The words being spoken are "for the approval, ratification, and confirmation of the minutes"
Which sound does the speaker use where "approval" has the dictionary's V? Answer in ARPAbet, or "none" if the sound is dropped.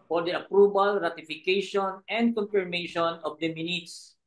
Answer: B